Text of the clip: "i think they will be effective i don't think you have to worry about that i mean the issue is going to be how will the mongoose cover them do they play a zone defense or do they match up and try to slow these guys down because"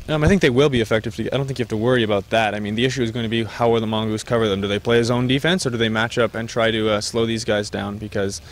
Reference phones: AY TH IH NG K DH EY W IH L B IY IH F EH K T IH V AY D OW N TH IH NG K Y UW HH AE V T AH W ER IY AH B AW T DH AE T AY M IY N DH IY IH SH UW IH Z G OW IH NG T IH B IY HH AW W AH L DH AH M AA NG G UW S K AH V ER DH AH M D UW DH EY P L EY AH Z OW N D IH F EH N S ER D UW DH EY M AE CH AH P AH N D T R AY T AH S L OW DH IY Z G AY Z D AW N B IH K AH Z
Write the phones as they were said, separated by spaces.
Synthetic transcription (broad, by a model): AY TH IH NG K DH EY W IH L B IY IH F EH K T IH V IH D OW N TH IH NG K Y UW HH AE F T AH W ER IY AH B AW T DH AE T AY M IY N DH IY IH SH UW IH Z G OW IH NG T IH B IY HH AW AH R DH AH M AA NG G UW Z K AH V ER DH AH M D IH DH EY P L EY AH Z OW N D IH F EH N S ER D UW DH EY M AE CH AH P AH N T R AY T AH S L OW DH IY Z G AY Z D AW N B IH K AH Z